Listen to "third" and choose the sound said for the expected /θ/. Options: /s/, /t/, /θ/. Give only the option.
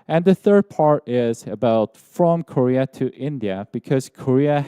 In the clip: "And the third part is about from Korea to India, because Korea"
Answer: /θ/